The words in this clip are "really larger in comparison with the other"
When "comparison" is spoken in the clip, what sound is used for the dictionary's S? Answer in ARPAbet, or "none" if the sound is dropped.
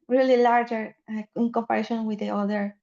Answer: SH